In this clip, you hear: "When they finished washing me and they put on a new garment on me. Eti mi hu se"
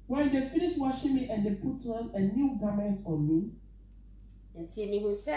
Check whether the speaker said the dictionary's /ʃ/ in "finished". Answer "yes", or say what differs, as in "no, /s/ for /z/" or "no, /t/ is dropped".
no, /ʃ/ is dropped